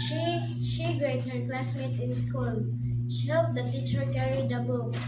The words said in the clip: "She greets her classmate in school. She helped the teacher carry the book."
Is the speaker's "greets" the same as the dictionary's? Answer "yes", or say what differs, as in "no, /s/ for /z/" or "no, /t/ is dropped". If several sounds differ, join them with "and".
no, /s/ is dropped